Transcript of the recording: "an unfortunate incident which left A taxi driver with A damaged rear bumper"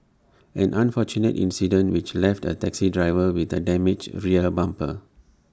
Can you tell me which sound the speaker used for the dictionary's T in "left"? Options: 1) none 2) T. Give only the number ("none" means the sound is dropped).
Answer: 2